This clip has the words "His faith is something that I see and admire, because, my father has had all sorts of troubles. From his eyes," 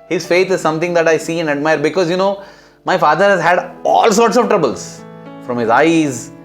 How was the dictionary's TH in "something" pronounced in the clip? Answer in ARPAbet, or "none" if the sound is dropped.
T